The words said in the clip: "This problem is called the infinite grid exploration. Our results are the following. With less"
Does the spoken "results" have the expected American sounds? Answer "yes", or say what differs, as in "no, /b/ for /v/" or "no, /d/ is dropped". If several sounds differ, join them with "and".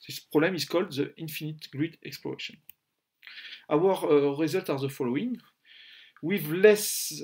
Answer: no, /s/ is dropped